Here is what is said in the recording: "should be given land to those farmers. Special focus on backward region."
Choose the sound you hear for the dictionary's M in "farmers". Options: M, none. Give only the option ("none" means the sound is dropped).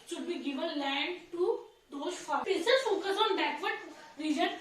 none